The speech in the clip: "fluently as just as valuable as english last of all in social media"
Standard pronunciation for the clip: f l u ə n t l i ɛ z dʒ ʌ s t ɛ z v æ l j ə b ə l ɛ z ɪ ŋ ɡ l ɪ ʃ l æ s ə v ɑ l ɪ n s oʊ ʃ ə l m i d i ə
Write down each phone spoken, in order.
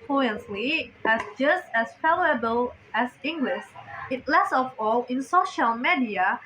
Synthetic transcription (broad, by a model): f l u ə n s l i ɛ s dʒ ʌ s t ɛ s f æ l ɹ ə b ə l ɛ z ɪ ŋ ɡ l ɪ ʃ l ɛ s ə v ɑ l ɪ n s oʊ ʃ ə l m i d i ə